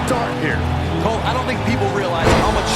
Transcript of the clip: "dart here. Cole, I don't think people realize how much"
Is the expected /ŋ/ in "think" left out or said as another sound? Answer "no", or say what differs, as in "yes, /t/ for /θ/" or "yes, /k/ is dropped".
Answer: no